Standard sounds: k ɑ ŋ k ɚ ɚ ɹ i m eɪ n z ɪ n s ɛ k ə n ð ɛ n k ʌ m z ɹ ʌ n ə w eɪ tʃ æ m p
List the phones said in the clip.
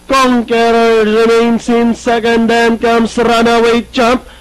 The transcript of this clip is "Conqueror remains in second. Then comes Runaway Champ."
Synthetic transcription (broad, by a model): k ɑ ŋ k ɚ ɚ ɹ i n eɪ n s ɪ n s ɛ k ə n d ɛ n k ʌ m s ɹ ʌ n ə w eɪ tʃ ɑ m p